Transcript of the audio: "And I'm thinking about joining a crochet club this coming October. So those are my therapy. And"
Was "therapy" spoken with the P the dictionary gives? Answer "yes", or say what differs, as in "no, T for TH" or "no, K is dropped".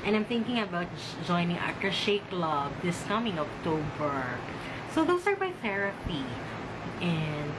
yes